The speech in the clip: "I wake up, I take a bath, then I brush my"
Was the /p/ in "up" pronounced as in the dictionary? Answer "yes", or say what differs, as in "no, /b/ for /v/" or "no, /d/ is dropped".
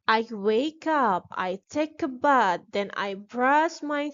yes